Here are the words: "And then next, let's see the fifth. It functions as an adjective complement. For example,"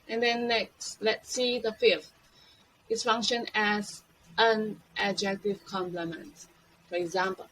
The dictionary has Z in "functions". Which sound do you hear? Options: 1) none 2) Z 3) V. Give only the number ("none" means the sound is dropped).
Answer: 1